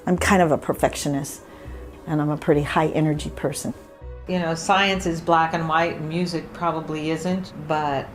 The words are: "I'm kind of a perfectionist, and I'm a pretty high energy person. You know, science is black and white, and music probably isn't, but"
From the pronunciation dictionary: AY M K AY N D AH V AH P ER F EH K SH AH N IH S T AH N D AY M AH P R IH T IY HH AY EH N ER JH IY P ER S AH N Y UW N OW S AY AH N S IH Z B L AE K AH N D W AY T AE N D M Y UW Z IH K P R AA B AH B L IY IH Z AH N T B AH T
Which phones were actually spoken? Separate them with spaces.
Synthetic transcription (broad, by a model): AY M K AY N D AH V AH P ER F EH K SH AH N IH S T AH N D AY M AH P R IH T IY HH AY EH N ER JH IY P ER S AH N Y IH N OW S AY AH N S IH Z B L AE K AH N W AY T M Y UW Z IH K P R AA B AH B L IY IH Z AH N T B AH T